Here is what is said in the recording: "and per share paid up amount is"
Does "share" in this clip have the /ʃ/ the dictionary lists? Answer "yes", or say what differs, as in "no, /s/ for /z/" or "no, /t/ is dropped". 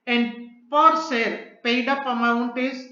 no, /s/ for /ʃ/